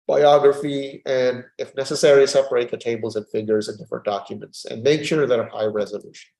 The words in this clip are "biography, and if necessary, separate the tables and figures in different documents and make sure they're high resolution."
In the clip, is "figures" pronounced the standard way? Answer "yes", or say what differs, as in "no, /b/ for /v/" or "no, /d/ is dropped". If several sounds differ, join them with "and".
yes